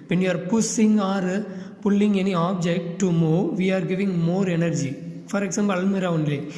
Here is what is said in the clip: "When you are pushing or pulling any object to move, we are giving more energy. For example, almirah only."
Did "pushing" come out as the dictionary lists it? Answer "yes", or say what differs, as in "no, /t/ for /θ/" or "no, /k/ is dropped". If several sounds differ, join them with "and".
no, /s/ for /ʃ/